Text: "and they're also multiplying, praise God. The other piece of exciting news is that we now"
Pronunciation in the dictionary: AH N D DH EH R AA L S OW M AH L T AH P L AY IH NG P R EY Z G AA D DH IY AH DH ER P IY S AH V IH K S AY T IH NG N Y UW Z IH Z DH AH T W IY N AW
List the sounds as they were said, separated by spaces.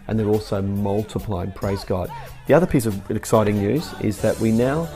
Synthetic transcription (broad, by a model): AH N DH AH R AA L S OW M AH L T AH P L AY IH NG P R EY Z G AA D DH IY AH DH ER P IY S AH V IH K S AY T IH NG N Y UW Z IH Z DH AH T W IY N AW